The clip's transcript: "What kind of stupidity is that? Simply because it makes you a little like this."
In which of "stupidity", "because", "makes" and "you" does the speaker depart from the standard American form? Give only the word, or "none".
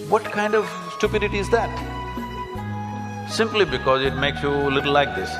none